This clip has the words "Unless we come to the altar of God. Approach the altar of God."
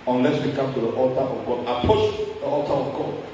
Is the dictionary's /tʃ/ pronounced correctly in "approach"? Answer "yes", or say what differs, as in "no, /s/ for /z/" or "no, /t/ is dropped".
no, /ʃ/ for /tʃ/